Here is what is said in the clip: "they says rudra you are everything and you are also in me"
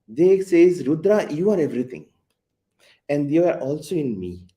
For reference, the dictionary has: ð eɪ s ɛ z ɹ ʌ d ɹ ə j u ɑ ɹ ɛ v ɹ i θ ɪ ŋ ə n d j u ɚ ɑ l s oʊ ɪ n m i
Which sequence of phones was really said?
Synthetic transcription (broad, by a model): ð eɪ s ɛ z ɹ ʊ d ɹ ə j u ɑ ɹ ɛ v ɹ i t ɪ ŋ ə n d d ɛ ɚ ɑ l s oʊ ɪ n m i